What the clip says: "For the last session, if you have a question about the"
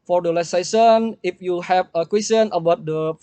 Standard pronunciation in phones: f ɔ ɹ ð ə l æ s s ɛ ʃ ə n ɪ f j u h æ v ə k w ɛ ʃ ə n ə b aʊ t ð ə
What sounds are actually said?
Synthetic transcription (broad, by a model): f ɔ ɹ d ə l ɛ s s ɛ s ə n ɪ f j u h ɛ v ə k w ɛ s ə n ə b aʊ t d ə